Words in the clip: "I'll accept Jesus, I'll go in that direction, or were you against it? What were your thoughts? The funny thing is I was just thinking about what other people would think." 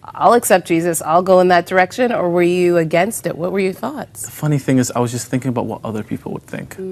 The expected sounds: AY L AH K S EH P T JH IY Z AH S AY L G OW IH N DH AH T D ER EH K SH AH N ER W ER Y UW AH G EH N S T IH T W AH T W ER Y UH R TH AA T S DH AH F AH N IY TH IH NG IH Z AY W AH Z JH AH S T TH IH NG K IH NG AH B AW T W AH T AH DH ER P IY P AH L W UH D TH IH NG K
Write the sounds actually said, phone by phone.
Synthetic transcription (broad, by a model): AY L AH K S EH P JH IY Z AH S AY L G OW IH N DH AH T D ER EH K SH AH N ER W ER Y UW AH G EH N S T IH T W AH T W ER Y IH TH AA T S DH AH F AH N IY TH IH NG IH Z AY W AH Z JH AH S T TH IH NG K IH NG AH B AW T W AH T AH DH ER P IY P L W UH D TH IH NG K